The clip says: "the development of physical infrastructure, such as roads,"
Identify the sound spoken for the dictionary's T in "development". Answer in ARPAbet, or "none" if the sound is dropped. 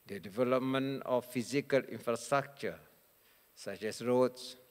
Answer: none